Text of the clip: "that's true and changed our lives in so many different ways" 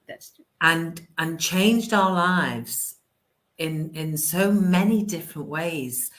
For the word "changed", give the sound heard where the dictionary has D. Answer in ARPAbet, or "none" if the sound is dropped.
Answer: D